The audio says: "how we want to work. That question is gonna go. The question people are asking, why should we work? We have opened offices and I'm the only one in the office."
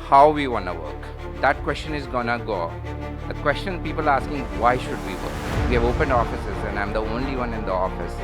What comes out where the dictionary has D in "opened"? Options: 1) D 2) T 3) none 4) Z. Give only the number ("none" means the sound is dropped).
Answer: 1